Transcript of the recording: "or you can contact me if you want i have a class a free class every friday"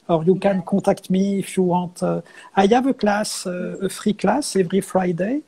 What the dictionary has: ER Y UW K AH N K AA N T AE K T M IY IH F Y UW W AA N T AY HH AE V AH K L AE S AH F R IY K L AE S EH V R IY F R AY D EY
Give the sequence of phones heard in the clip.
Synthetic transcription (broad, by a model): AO Y UW K AH N K AA T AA K T M IY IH F Y UW W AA T AY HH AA V AH K L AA S AH F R IY K L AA S EH V R IY F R AY D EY